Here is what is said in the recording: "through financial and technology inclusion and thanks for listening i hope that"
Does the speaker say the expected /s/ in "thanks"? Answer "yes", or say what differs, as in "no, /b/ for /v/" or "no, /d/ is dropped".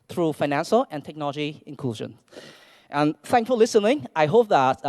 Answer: no, /s/ is dropped